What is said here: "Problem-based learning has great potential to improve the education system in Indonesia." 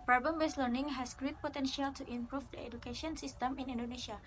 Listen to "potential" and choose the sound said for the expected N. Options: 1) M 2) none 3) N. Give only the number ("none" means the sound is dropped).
3